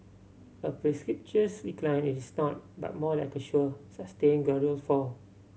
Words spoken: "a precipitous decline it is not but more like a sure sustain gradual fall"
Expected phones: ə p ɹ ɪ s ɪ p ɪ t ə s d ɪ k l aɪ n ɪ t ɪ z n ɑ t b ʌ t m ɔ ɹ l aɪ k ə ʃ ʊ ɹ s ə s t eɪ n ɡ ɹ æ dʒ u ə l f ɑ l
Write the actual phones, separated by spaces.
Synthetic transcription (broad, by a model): ə p ɹ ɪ s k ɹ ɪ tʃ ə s d ɪ k l aɪ n ɪ t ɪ s n ɑ t b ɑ t m ɔ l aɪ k ə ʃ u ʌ s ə s t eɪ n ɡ ɛ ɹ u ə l f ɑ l